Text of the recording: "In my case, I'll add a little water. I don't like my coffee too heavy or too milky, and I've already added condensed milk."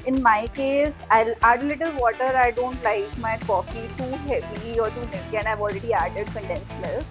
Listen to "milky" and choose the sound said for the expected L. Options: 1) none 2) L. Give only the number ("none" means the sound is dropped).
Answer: 1